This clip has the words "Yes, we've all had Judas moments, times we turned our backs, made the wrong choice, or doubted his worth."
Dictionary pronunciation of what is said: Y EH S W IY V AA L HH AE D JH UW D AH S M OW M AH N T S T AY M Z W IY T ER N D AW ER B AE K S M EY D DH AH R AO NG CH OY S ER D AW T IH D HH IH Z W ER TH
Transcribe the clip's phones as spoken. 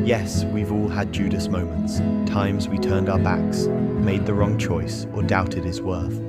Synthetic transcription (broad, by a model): Y EH S W IY V AA L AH D JH UW D AH S M OW M AH N T S T AY M Z W IY T ER N D AW ER B AE K S M EY D DH AH R AO NG CH OY S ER D AW T IH D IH Z W ER TH